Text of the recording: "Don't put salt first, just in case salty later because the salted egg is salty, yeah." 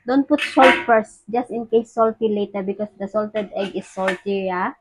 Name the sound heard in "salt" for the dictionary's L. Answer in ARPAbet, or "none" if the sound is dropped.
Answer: L